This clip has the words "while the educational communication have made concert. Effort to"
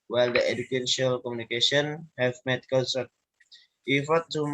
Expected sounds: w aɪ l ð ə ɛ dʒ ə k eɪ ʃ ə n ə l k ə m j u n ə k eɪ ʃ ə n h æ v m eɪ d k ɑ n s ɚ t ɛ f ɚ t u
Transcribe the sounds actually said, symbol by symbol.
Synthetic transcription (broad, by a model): w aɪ l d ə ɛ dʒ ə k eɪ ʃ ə ə l k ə m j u n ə k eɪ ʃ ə n h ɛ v m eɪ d k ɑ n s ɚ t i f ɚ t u